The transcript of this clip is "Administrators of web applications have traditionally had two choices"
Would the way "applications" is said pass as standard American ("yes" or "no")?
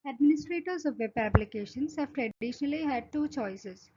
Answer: no